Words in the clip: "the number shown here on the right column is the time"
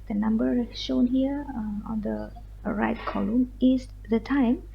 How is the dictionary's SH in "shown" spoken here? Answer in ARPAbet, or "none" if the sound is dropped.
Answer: SH